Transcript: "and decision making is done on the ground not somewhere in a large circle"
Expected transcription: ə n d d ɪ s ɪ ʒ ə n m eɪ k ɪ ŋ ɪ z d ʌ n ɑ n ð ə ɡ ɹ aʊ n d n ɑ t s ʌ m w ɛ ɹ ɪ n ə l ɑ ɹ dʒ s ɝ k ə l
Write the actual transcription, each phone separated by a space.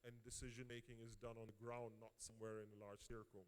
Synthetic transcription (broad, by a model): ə n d d ɪ s ɪ ʒ ə n m eɪ k ɪ ŋ ɪ z d ʌ n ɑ n ð ə ɡ ɹ aʊ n n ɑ t s ʌ m w ɛ ɹ ɪ n ə l ɑ ɹ dʒ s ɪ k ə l